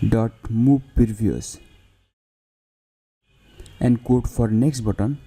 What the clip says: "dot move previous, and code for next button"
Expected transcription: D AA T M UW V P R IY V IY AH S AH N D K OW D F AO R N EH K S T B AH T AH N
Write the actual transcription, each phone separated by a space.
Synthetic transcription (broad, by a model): D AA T M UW B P IY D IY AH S AH N D K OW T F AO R N EH K S T B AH T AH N